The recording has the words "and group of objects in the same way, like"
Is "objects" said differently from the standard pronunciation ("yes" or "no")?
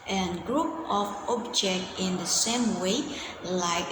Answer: yes